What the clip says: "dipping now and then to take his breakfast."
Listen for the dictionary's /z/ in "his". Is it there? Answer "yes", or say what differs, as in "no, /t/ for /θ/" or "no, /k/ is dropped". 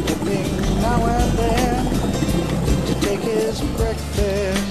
yes